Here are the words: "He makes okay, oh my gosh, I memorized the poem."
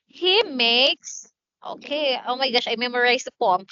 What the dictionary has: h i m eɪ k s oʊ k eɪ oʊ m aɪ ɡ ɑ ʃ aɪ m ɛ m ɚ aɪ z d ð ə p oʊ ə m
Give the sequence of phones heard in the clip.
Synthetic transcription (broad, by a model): h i m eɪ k s oʊ k eɪ oʊ m aɪ ɡ ɑ ʃ aɪ m ɛ m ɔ aɪ s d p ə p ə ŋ